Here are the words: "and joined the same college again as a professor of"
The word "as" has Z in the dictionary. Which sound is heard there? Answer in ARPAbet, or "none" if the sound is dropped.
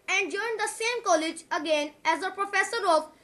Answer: Z